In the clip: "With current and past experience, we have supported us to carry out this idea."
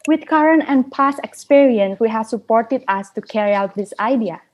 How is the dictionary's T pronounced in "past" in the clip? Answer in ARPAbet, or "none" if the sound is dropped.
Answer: none